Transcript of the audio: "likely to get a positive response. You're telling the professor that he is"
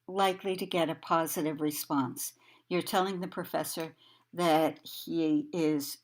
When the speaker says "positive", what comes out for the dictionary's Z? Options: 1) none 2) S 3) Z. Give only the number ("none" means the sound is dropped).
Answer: 3